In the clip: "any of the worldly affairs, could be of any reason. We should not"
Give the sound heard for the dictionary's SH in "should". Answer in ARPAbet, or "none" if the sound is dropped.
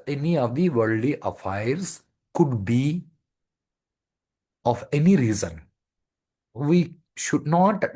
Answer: SH